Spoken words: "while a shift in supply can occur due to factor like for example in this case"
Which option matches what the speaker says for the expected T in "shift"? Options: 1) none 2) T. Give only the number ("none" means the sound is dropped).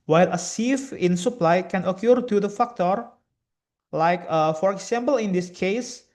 1